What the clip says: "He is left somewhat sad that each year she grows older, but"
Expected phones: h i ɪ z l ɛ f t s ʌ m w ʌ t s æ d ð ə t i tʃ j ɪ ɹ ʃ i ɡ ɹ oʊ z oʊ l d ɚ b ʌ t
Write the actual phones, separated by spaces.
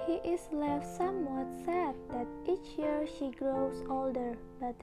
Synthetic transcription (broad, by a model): h i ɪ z l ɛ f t s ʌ m w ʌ t s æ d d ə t i tʃ j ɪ ɹ ʃ i ɡ ɹ oʊ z oʊ l d ɚ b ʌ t